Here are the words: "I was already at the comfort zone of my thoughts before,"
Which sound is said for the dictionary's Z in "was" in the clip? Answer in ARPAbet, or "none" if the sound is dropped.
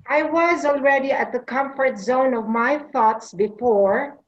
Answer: Z